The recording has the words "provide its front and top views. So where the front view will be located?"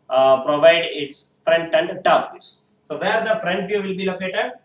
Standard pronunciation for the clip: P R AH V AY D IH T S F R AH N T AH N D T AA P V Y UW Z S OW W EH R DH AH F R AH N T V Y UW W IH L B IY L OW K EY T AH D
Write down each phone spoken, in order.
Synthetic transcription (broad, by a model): P R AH V AY D IH T S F R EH N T AH N D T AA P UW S S OW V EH R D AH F R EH N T V Y UW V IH L B IY L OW K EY T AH D